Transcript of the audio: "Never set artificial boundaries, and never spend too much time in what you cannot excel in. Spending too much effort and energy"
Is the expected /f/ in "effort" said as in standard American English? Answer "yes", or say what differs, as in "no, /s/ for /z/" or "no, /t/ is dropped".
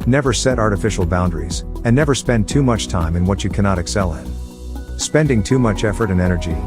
yes